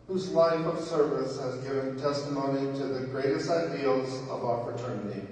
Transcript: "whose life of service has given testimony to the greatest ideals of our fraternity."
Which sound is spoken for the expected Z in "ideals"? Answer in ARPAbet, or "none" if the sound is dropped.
Z